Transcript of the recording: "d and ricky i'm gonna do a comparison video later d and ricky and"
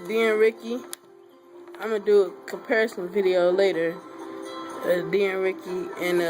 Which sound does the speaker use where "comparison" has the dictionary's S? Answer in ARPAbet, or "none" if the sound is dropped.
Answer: S